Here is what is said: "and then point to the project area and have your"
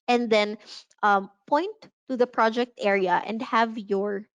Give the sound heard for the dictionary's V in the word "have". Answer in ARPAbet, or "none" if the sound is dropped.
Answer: V